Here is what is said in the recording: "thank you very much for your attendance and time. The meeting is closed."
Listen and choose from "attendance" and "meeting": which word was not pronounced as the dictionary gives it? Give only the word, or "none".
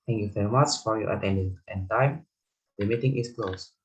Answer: attendance